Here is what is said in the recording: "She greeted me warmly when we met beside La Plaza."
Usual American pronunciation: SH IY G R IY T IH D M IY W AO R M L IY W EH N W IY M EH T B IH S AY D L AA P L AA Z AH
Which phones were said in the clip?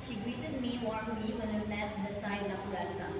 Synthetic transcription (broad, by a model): SH IY G R IY T IH D M IY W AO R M IY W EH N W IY M EH T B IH S AY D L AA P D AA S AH